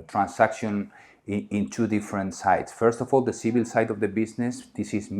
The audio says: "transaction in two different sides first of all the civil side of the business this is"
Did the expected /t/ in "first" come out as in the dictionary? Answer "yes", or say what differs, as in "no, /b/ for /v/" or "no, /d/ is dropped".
yes